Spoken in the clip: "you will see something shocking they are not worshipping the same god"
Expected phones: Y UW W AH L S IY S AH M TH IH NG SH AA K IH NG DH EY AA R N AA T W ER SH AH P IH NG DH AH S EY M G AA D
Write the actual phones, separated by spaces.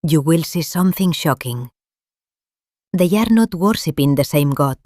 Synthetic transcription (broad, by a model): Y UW W AH L S IY S AH M TH IH NG SH AA K IH NG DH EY AA R N AA T W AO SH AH P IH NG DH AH S EY M G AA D